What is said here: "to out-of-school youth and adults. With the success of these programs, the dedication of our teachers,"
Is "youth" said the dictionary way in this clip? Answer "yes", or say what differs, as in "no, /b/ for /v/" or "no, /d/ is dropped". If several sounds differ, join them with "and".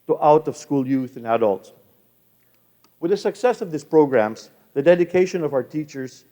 yes